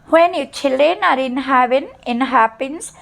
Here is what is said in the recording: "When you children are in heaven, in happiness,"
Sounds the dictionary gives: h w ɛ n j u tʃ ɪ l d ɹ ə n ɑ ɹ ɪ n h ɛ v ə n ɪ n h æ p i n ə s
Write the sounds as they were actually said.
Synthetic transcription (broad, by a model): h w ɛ n j u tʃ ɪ l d ə n ɑ ɹ ɪ n h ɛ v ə n ɪ n h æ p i n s